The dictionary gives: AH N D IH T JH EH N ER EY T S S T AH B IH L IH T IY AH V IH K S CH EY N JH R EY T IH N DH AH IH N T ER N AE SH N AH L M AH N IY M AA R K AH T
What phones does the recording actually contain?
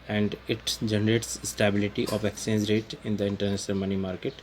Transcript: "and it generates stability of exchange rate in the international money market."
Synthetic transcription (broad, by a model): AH N D IH T JH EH N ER EY T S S T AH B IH L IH T IY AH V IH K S EY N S R EY T IH N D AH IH N T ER N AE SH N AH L M AH N IY M AA R K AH T